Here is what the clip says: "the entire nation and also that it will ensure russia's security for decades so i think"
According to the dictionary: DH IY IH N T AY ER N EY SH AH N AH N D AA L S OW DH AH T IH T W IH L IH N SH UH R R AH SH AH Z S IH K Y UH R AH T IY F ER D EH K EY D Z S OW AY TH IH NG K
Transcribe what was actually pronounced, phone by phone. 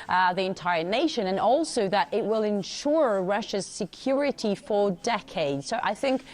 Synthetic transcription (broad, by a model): DH IY IH N T AY ER N EY SH AH N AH N AA L S OW DH AH T IH T W IH L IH N SH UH R R AH SH AH Z S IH K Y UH R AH T IY F ER D EH K EY D Z S OW AY TH IH NG K